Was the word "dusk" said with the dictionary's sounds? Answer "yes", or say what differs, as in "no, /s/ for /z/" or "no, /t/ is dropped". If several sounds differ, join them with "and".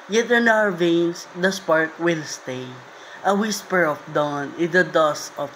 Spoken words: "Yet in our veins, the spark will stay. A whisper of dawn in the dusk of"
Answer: no, /k/ is dropped